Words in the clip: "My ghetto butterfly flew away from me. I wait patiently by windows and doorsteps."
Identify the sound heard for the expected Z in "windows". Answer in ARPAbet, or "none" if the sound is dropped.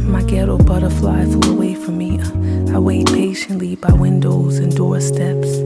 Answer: Z